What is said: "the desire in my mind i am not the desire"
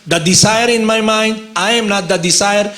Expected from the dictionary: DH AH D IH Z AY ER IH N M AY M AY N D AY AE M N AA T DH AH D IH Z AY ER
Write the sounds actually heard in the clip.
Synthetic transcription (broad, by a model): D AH D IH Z AY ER IH N M AY M AY N D AY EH M N AA T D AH D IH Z AY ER